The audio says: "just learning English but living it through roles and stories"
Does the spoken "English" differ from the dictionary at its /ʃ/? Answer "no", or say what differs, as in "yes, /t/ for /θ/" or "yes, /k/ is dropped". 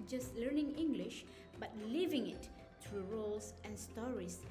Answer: no